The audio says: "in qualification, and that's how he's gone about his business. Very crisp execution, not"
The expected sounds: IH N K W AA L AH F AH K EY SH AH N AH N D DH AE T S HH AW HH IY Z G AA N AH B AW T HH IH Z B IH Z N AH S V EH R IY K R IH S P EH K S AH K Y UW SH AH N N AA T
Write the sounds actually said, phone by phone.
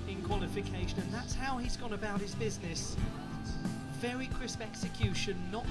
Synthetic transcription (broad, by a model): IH N K W AA L AH F AH K EY SH AH N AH N DH AE T S HH AW IY Z G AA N AH B AW T HH IH Z B IH Z N AH S V EH R IY K R IH S P EH K S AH K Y UW SH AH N N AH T